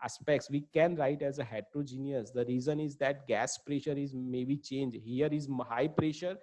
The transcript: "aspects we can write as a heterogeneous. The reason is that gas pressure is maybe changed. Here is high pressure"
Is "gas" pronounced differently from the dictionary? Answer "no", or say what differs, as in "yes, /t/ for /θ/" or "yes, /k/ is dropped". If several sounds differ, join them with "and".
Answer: no